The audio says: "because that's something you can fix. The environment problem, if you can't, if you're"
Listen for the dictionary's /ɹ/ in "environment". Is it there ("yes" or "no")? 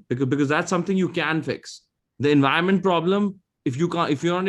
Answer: no